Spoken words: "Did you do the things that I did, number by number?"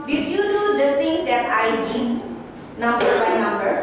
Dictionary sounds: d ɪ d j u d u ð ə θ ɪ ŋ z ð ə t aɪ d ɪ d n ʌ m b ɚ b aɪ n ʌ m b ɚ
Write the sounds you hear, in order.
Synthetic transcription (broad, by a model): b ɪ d j u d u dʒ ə s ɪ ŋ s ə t aɪ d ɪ n ʌ m b ɚ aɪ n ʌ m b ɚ